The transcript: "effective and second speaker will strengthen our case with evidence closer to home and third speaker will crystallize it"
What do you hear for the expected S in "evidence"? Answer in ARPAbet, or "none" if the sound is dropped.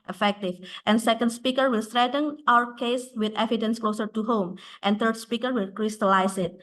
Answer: S